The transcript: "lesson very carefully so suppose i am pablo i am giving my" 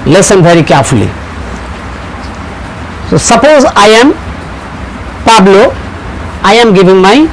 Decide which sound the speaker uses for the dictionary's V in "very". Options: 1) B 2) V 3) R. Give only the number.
1